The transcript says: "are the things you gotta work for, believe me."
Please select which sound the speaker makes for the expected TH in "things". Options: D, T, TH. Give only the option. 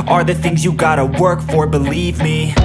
TH